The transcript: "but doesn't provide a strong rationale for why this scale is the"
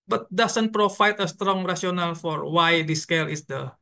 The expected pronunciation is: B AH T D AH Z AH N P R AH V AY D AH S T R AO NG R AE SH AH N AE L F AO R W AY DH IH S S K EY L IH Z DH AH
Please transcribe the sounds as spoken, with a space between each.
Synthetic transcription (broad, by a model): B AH T D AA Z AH N P R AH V AY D AH S T R AO NG R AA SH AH N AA L F AO R W AY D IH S S K EY L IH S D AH